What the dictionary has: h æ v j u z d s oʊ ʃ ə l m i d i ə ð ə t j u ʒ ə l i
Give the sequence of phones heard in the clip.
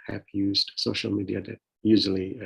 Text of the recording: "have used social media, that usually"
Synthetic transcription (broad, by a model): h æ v j u z d s oʊ ʃ ə l m i d i ə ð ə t j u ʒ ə l i